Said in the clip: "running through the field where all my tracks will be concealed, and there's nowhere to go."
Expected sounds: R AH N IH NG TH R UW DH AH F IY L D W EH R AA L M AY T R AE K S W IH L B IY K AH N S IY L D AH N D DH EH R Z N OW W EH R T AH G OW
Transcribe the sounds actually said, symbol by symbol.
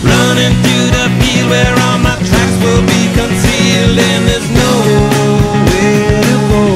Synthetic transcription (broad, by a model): R AH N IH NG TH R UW DH AH P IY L W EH R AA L M AY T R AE K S W IH L B IY K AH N S IY L D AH N DH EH R Z N OW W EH